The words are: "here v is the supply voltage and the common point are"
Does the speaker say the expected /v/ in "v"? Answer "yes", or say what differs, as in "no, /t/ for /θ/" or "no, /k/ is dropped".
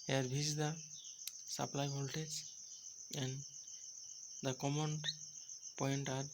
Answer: no, /b/ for /v/